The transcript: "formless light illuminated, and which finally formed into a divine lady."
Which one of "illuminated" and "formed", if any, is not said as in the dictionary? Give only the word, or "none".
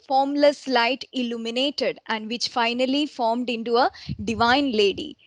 none